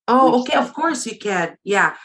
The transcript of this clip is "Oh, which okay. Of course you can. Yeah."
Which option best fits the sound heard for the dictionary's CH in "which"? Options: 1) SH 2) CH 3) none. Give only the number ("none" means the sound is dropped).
3